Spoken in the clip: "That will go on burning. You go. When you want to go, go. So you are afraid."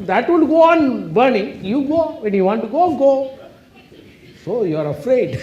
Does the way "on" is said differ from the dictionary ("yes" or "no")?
no